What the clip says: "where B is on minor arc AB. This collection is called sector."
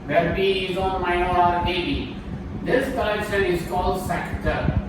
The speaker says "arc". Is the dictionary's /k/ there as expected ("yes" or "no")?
no